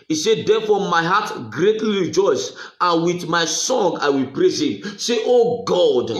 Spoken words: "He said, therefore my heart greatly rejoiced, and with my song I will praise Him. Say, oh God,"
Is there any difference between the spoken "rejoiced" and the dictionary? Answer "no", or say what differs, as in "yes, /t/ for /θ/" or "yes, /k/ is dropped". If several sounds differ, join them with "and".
yes, /t/ is dropped